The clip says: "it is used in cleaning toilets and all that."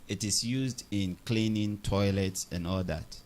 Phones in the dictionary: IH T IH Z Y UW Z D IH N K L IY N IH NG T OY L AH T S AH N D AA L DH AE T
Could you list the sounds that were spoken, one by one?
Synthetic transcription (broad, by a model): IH T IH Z Y UW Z D IH N K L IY N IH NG T OY L AH T S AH N AA L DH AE T